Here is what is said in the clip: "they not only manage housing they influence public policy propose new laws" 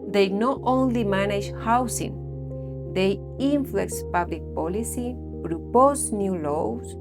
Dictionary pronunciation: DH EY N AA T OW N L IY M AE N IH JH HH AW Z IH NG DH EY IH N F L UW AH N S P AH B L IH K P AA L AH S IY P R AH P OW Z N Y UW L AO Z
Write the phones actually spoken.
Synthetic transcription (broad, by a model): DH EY N AA T OW N L IY M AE N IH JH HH AW S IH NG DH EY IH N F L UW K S P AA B L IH K P AA L AH S IY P R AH P OW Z N Y UW L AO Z